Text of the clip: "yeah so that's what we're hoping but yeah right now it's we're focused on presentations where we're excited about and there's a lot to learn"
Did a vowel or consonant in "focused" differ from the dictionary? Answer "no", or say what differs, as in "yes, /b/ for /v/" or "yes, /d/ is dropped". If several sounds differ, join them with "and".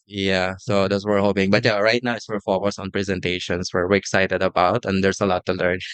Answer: yes, /t/ is dropped